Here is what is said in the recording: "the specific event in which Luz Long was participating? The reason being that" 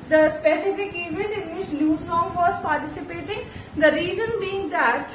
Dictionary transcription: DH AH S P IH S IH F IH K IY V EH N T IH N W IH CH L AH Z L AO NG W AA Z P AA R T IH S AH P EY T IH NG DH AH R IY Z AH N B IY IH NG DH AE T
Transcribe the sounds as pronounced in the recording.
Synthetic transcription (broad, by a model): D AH S P IH S IH F IH K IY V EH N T IH N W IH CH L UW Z N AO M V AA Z P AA R T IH S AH P EY T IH NG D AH R IY Z AH N B IY IH NG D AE T